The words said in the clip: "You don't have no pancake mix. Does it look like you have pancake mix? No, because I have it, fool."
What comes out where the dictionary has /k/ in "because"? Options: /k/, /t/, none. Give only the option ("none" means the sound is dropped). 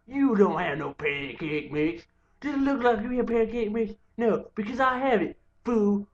/k/